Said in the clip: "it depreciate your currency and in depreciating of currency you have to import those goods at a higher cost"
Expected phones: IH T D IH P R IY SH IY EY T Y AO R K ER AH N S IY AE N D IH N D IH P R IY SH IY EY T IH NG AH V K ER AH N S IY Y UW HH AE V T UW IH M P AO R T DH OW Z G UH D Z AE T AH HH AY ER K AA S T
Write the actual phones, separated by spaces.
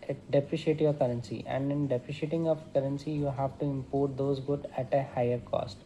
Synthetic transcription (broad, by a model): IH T D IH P R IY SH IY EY T Y AO R K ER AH N S IY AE N D IH N D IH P R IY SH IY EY T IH NG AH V K ER AH N S IY Y UW HH AE V T UW IH M P AO R T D OW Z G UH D AE T AH HH AY ER K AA S T